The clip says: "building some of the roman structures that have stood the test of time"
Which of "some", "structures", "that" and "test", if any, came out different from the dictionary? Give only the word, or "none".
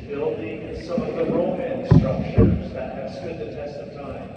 structures